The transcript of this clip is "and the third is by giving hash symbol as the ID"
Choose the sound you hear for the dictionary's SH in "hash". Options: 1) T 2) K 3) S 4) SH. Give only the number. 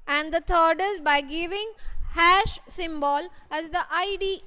4